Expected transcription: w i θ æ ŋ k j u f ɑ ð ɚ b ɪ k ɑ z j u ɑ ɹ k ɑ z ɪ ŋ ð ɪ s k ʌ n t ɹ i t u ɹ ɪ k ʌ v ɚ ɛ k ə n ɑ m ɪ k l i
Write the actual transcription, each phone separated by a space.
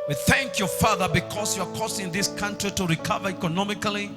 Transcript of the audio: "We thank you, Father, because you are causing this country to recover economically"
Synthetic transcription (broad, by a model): w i θ æ ŋ k j u f ɑ ð ɚ b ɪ k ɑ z j u ɑ ɹ k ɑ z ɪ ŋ ð ɪ s k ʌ n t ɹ i t u ɹ ɪ k ʌ v ɚ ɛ k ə n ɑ m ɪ k l i